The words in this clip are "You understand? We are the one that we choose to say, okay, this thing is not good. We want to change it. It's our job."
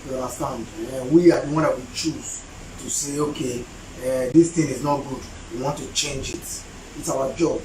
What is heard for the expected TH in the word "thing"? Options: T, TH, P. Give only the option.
T